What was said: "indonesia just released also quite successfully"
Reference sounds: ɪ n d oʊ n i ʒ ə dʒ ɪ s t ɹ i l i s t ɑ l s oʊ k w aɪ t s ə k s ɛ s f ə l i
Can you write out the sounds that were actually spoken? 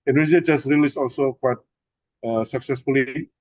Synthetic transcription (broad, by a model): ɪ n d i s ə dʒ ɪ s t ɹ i l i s ɑ l s oʊ k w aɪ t s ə k s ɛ s f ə l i